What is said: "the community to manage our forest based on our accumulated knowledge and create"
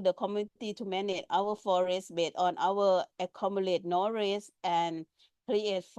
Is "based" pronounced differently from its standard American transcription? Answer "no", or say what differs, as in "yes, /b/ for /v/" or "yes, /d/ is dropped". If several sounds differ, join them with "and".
yes, /s/ is dropped